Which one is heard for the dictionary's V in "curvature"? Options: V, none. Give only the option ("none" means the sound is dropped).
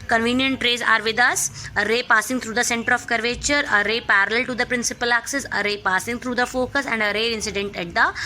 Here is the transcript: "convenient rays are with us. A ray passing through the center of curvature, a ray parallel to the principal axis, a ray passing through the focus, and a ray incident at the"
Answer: V